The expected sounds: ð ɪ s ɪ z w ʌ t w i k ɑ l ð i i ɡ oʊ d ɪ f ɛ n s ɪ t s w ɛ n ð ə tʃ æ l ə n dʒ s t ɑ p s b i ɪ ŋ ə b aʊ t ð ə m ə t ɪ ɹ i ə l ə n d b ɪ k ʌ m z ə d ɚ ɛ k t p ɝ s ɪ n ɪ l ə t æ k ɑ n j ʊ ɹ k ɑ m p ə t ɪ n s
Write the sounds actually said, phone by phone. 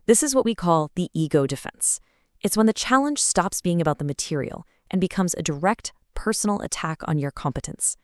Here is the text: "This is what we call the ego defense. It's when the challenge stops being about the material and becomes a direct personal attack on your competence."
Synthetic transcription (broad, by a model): ð ɪ s ɪ z w ʌ t w i k ɑ l ð i i ɡ oʊ d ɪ f ɛ n s ɪ t s w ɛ n ð ə tʃ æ l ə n ʒ s t ɑ p s b i ɪ ŋ ə b aʊ t ð ə m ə t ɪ ɹ i l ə n b ɪ k ʌ m z ə d ɚ ɛ k t p ɝ s n l ə t æ k n j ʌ ɹ k ɑ m p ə t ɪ n s